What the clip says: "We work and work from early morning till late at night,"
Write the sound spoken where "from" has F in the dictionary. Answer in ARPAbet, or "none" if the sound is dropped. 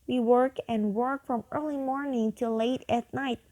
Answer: F